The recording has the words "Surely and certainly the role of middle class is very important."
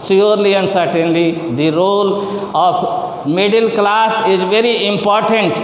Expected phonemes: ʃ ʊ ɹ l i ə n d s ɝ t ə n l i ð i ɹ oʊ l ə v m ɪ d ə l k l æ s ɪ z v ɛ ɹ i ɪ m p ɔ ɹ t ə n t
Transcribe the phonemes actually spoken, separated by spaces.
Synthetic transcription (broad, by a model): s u ɹ l i ə n d s ɝ t ə n l i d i ɹ oʊ l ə p m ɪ d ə l k l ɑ s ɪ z v ɛ ɹ i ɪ m p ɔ ɹ t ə n t